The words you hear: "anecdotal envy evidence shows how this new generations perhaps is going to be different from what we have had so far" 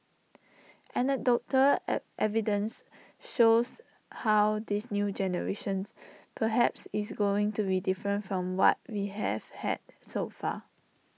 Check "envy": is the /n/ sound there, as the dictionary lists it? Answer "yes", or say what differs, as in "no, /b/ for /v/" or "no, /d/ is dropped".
no, /n/ is dropped